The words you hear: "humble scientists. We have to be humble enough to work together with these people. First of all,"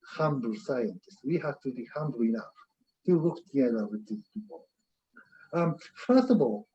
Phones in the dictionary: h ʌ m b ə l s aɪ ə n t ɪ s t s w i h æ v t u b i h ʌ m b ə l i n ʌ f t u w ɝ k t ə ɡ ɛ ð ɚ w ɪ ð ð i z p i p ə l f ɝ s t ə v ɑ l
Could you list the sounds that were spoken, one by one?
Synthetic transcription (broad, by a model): h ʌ m b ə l s aɪ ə n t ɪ s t w i h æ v t u b i h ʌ m b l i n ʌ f t u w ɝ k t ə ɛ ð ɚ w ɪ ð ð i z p i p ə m f ɝ s t ə v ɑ l